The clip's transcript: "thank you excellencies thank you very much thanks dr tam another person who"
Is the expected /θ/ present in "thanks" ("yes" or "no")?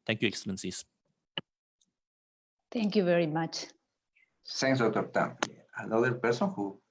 no